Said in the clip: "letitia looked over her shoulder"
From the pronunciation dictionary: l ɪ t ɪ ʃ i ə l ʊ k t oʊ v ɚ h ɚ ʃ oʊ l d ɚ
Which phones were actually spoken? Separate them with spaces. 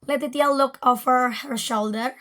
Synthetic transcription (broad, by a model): l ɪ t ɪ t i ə l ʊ k oʊ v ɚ h ɚ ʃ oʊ l d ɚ